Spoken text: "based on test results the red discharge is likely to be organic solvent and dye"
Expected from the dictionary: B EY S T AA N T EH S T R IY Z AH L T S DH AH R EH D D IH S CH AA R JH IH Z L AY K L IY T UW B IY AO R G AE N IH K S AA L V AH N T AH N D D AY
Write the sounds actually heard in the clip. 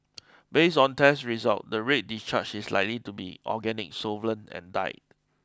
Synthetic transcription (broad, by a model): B EY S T AA N T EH S R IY Z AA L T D AH R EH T D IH S CH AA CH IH S L AY K L IY T UW B IY AO G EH N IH K S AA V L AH N AH N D D AY